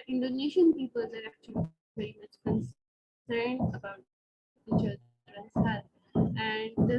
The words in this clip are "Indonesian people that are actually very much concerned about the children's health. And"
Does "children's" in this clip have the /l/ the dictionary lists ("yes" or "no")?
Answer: no